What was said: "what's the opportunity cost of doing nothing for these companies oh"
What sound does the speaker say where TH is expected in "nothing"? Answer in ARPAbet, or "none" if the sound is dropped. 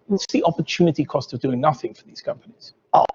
TH